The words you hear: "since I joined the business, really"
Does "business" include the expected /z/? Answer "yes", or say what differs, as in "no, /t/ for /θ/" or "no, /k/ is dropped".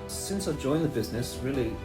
yes